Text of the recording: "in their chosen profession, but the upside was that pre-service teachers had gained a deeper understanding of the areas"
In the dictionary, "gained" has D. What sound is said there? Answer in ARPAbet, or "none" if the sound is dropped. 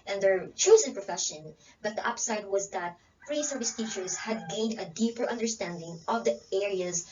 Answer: D